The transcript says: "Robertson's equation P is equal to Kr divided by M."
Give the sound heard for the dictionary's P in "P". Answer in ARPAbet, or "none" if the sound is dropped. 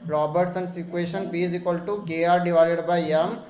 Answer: B